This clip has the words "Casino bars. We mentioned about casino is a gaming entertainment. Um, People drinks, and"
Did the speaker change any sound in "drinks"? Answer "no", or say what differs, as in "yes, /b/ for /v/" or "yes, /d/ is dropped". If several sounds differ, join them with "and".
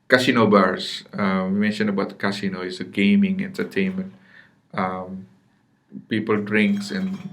no